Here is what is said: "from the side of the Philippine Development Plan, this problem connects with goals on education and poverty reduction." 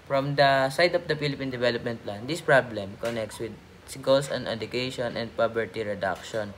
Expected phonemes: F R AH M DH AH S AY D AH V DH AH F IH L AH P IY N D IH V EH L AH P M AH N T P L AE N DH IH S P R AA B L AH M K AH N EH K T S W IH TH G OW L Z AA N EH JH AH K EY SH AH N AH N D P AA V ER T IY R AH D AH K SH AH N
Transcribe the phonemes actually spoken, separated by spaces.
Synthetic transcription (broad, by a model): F R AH M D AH S AY D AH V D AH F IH L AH P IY N D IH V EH L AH P M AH N T P L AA N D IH S P R AA B L AH M K AH N EH K T S W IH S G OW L S AA N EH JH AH K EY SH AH N AH N D P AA B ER T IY R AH D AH K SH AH N